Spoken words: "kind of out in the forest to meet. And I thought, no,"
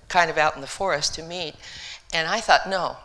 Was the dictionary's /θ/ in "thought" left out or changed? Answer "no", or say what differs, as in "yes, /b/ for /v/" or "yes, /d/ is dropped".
no